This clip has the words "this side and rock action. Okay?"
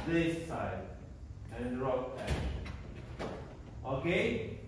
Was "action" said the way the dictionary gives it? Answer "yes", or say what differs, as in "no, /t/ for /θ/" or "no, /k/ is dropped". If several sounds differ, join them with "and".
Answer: no, /ʃ/ is dropped and /n/ is dropped